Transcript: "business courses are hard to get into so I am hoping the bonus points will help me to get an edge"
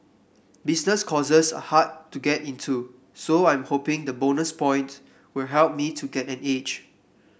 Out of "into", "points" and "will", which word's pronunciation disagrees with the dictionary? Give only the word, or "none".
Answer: points